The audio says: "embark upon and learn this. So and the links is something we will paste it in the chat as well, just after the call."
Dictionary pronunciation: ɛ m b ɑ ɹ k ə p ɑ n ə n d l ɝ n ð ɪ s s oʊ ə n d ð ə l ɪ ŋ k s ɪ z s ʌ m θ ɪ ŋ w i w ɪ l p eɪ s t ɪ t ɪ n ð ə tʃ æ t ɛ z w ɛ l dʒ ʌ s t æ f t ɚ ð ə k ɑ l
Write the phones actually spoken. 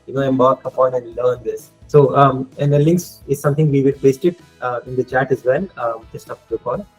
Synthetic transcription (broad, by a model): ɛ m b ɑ ɹ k ə p ɑ n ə n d l ɝ n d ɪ s s oʊ ə n d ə l ɪ ŋ k s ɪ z s ʌ m t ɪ ŋ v i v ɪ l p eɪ s t ɪ t ɪ n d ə tʃ æ t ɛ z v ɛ l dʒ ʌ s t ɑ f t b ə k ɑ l